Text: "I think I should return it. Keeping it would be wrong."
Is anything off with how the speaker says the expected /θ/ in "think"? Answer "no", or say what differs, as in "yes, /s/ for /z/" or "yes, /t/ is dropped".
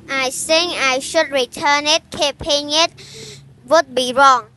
yes, /s/ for /θ/